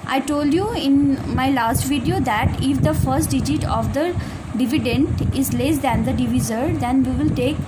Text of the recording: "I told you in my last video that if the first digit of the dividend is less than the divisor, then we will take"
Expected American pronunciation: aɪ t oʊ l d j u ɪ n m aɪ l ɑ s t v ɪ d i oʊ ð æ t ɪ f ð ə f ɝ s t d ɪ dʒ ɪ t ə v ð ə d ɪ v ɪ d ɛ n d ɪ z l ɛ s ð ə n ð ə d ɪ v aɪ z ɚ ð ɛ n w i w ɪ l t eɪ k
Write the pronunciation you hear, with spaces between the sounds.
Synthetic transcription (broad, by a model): aɪ t oʊ l d j u ɪ n m aɪ l ɑ s t v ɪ d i oʊ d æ t ɪ f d ə f ɝ s t d ɪ dʒ ɪ t ə v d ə d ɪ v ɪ d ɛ n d ɪ z l ɛ s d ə n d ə d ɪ v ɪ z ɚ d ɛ n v i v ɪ l t eɪ k